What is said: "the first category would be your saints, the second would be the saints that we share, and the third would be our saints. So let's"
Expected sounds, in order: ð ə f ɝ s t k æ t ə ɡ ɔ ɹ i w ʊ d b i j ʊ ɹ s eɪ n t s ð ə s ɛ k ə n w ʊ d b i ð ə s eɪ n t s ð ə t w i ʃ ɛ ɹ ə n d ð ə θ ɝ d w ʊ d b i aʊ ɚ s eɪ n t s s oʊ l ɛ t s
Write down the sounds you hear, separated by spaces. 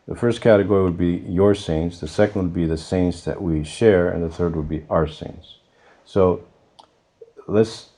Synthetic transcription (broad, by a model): ð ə f ɝ s t k æ t ə ɡ ɔ ɹ i w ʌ d b i j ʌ ɹ s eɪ n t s ð ə s ɛ k n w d b i ð ə s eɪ n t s ð ə t w i ʃ ɛ ɹ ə n ð ə θ ɝ d w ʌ d b i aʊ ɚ s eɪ n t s s oʊ l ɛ t s